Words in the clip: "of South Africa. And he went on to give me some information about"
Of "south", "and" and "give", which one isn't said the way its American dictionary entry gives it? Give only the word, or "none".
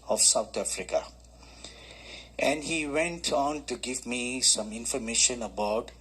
south